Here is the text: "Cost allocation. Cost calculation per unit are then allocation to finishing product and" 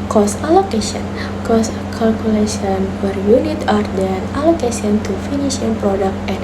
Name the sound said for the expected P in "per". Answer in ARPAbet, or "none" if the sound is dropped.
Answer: F